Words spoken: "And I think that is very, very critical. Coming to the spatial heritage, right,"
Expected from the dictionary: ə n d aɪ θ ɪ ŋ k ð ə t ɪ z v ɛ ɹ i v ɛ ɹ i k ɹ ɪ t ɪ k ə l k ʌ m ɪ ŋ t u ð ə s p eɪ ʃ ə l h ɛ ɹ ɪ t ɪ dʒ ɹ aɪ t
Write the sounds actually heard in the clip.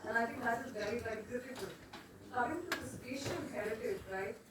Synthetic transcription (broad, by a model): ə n aɪ t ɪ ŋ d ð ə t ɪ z v ɛ ɹ i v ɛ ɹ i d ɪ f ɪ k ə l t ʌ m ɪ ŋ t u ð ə s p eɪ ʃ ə n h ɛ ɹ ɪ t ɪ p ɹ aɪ